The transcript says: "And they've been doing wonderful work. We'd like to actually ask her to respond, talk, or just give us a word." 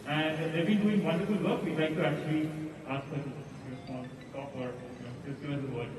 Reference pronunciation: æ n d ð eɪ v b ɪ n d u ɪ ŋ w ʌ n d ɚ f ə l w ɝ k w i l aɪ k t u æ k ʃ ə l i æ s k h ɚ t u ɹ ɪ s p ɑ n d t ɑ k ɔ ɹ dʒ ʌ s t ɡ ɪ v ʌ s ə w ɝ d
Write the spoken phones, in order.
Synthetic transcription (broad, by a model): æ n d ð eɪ b ɪ n d u ɪ ŋ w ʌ n d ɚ f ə l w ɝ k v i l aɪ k t u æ k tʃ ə l i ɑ s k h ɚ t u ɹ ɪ s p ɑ n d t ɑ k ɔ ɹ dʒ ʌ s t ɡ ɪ ʌ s ə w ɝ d